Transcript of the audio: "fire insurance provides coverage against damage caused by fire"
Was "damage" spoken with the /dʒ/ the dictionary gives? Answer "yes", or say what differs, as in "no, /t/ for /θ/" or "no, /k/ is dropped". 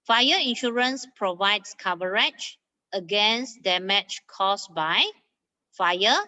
no, /tʃ/ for /dʒ/